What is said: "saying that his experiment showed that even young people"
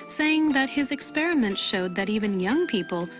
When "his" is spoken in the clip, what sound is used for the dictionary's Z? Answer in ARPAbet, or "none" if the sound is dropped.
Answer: Z